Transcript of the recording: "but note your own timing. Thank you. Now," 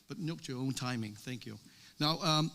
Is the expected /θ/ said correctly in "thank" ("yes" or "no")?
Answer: yes